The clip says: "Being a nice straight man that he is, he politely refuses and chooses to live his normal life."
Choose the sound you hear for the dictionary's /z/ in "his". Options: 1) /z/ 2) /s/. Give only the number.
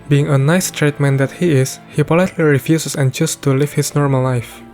2